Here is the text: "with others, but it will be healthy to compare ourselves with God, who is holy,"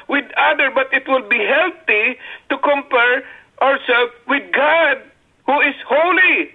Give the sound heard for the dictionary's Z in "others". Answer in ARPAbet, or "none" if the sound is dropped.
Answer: none